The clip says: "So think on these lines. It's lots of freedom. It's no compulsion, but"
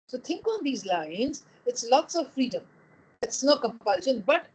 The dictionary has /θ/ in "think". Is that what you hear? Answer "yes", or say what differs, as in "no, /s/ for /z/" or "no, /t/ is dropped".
no, /t/ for /θ/